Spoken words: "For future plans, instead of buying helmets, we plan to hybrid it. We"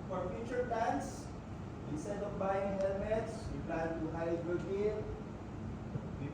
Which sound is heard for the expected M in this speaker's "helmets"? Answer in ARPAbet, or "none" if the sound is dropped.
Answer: M